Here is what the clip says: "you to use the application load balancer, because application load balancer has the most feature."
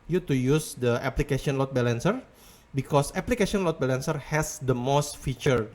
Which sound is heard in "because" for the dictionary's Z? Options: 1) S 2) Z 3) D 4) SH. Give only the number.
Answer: 1